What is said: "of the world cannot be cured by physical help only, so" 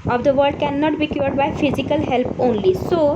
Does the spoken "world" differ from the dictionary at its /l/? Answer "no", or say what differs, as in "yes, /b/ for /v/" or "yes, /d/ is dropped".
yes, /l/ is dropped